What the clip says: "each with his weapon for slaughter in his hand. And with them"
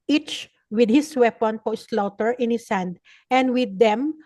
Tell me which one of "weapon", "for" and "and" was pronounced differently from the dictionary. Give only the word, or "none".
for